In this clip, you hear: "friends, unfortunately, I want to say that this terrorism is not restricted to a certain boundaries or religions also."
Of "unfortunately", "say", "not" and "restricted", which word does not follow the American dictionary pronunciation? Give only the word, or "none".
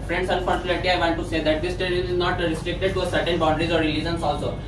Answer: unfortunately